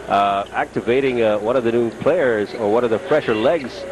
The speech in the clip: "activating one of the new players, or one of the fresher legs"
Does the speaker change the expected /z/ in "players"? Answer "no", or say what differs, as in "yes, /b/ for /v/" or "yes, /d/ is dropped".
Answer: no